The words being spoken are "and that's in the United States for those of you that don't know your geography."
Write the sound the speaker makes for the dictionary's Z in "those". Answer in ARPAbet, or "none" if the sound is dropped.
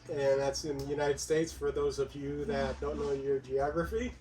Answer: Z